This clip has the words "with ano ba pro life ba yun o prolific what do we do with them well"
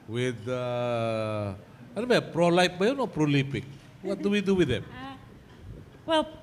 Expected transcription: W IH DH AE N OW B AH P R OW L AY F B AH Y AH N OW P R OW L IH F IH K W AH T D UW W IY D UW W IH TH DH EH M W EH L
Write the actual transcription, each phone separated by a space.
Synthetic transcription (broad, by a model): W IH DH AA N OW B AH P R OW L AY P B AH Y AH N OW P R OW L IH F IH K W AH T D UW W IY D UW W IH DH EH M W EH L